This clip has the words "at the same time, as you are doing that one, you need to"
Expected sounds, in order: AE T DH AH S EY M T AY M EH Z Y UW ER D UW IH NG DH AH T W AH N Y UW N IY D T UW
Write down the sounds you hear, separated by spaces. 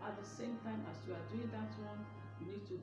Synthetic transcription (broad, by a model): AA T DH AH S EY M T AY M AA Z Y UW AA D UW IH NG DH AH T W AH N Y UW N IY D T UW